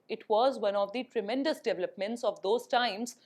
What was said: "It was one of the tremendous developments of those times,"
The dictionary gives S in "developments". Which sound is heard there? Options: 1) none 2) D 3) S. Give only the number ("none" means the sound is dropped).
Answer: 3